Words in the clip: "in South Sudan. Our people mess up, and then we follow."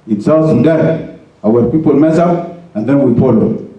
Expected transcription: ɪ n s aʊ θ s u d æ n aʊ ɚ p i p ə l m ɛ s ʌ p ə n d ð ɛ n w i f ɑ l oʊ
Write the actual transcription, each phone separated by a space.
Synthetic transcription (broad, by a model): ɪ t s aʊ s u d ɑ aʊ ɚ p i p ə l m ɛ s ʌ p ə n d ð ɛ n w i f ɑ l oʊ